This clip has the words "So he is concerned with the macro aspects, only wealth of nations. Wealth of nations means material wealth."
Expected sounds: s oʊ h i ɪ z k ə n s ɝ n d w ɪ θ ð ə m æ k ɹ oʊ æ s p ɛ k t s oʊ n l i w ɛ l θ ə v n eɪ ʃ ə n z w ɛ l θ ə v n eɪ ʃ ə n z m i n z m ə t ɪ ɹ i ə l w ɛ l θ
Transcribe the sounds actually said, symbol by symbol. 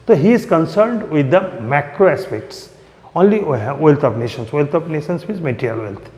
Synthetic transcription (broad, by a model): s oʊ h i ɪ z k ə n s ɝ n d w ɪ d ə m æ k ɹ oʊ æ s p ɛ k t s oʊ n l i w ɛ l t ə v n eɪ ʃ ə n s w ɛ l t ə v n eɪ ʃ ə n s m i z m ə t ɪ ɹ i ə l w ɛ l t